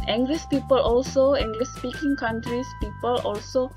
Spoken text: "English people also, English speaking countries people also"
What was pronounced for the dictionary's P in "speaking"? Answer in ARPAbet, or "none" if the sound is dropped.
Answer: P